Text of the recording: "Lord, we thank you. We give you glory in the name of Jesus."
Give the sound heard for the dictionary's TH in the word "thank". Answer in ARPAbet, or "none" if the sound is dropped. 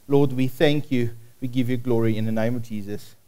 TH